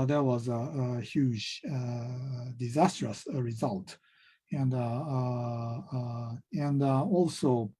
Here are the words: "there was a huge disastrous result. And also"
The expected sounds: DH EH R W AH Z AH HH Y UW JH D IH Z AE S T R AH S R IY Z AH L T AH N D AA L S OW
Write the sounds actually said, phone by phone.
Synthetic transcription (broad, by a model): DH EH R W AH Z AH HH Y UW JH D IH Z AE S T R AH S R IY Z AH L T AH N D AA L S OW